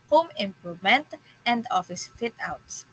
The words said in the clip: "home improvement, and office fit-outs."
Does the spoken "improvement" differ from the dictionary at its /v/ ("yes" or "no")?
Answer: yes